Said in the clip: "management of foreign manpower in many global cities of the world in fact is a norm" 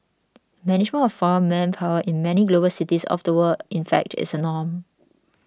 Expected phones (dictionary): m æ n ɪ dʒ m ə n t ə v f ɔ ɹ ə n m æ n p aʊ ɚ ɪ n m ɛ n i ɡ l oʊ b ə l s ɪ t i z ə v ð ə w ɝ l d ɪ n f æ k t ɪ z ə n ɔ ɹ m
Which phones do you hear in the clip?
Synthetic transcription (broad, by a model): m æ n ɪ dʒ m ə n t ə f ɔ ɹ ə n m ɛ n p aʊ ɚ ɪ n m ɛ n i ɡ l oʊ b ə l s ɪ t i s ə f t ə w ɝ d ɪ n f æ k t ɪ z ə n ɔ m